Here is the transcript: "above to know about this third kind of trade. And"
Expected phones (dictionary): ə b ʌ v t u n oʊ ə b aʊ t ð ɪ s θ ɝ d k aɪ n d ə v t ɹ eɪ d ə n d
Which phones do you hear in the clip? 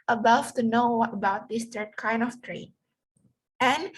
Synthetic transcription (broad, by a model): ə b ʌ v t u n oʊ ə b aʊ t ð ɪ s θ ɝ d k aɪ n d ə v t ɹ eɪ ə n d